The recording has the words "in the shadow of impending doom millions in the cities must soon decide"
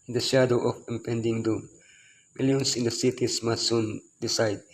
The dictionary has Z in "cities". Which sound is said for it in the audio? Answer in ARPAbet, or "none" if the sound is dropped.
S